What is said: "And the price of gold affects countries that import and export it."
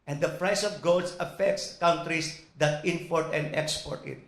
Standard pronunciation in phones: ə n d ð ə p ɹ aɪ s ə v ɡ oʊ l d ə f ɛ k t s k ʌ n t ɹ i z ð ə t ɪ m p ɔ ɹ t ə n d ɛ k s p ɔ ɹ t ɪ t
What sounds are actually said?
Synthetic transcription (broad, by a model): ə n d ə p ɹ aɪ s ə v ɡ oʊ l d ə f ɛ k t s k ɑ n t ɹ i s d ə t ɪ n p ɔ ɹ t ə n d ɛ k s p ɔ ɹ t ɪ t